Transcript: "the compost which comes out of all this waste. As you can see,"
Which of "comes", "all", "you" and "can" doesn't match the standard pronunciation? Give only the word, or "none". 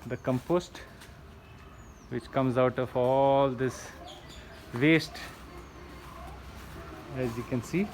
none